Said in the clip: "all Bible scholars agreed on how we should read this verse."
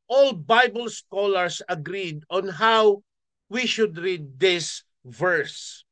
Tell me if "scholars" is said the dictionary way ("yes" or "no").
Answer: no